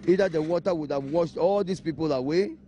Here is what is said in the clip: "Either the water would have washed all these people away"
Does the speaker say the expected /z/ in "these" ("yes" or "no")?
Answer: no